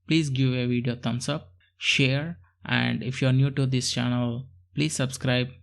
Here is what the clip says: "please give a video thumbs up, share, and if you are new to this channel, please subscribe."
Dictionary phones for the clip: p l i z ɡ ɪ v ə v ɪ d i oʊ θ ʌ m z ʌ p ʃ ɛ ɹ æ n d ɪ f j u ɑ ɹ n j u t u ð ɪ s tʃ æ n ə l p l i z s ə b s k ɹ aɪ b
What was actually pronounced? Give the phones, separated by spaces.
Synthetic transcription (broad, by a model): p l i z ɡ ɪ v ə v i d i oʊ t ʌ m s ʌ p ʃ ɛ ɹ æ n d ɪ f j u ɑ ɹ n j u t u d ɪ s tʃ æ n ə l p l i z s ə b s k ɹ aɪ b